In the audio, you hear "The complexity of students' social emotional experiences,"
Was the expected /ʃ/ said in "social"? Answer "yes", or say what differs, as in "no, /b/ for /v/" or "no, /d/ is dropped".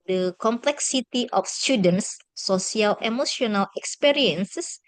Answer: no, /ʃ/ is dropped